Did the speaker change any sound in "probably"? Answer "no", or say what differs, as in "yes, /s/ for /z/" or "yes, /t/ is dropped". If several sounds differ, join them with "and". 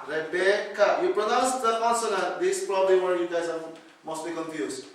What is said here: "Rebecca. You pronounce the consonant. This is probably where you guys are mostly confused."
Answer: no